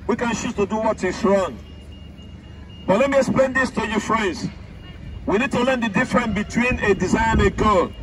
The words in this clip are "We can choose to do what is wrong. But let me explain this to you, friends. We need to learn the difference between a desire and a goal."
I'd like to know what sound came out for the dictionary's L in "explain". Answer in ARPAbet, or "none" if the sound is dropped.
L